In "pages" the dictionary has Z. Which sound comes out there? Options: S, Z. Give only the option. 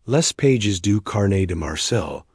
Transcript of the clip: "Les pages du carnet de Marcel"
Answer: Z